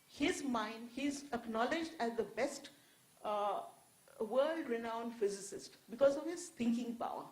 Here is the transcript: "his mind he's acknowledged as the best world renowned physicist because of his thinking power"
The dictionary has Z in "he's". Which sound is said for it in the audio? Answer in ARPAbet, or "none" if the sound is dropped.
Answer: Z